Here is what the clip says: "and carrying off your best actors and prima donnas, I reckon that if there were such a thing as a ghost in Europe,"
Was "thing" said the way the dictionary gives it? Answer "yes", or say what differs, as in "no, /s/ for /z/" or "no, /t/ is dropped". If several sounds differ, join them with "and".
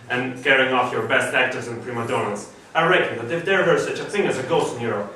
yes